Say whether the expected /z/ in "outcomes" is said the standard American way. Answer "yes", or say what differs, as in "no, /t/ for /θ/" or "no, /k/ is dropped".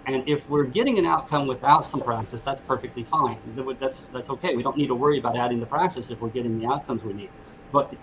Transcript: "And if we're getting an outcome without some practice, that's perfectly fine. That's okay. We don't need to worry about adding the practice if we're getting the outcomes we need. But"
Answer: yes